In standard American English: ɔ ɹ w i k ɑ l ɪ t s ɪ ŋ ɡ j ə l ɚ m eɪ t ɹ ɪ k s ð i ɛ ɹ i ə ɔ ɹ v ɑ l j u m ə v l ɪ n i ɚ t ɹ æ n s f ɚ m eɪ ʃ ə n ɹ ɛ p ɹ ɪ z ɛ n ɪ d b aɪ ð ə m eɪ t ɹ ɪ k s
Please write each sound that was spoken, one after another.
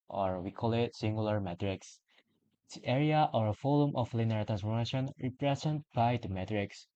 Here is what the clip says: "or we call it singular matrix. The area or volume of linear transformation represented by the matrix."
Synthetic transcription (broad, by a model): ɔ ɹ w i k ɑ l ɪ t s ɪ ŋ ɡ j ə l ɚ m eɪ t ɹ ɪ k s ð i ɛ ɹ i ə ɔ ɹ f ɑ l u m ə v l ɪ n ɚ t ɹ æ n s f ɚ m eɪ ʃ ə n ɹ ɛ p ɹ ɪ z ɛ n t b aɪ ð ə m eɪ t ɹ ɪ k s